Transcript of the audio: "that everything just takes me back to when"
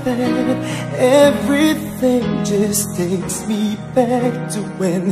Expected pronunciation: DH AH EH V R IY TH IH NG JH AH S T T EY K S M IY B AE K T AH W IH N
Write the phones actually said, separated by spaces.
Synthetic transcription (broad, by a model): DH EH V R IY TH IH NG JH AH S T T EY K S M IY B AE K T AH W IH N